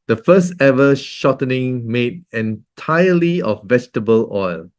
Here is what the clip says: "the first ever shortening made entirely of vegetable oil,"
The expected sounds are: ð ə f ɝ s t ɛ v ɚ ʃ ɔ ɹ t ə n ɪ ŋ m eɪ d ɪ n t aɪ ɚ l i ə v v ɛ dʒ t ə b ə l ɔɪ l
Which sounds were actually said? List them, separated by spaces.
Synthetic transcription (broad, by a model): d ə f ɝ s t ɛ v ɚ ʃ ɔ t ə n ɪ ŋ m eɪ d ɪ n t aɪ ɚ l i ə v v ɛ dʒ t ə b ə l ɔɪ l